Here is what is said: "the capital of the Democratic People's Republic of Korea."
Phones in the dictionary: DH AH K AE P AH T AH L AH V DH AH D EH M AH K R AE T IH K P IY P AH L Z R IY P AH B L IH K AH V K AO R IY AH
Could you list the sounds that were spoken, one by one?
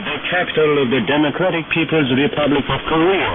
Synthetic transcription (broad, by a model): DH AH K AE P AH T AH L AH V DH AH D EH M AH K R AE T IH K P IY P AH L Z R IY P AH B L IH K AH V K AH R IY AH